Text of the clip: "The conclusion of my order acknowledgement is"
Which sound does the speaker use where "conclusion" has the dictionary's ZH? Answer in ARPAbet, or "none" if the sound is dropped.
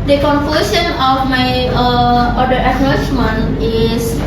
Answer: S